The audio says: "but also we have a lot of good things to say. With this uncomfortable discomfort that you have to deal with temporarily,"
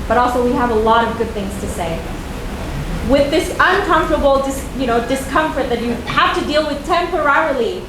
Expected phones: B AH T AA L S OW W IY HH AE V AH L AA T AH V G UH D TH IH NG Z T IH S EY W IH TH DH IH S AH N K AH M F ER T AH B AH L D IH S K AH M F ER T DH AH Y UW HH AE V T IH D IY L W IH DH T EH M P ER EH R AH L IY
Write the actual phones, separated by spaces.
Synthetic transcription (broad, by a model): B AH T AA L S OW W IY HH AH V AH L AA T AH V G UH D TH IH NG Z T IH S EY W IH DH IH S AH N K AH M F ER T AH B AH N D IH S K AH M F ER T DH AH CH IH HH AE F T IH D IY L W IH DH T EH M P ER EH R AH L IY